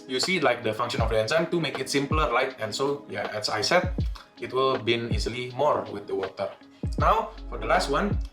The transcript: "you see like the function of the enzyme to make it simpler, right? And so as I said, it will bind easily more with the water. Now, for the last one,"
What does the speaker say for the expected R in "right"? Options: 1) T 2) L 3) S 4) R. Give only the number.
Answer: 2